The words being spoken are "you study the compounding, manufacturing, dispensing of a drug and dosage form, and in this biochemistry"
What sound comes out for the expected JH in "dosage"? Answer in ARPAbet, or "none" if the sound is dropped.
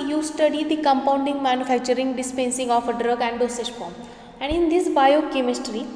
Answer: SH